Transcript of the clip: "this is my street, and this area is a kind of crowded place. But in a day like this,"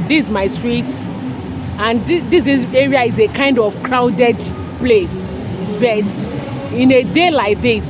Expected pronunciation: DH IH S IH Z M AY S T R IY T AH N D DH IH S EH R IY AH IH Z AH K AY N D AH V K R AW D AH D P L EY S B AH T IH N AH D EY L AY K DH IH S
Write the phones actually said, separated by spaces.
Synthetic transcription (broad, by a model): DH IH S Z M AY S T R IY T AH N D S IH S EH R IY AH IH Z AH K AY N D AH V K R AW D AH D P L EY S B AH T IH N AH D EY L AY K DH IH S